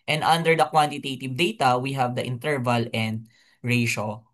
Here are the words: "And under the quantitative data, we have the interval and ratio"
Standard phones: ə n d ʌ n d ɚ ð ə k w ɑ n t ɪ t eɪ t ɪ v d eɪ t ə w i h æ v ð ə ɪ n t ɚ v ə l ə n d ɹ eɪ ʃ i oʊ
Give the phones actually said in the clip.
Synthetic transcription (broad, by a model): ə n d ʌ n d ɚ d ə k w ɑ n t ɪ t eɪ t ɪ v d eɪ t ə w i h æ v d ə ɪ n t ɚ v ə l ə n d ɹ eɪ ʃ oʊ